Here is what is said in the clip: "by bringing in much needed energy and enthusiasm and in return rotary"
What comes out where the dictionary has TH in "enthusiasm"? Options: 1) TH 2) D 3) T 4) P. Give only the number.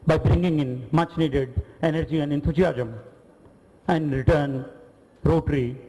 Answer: 3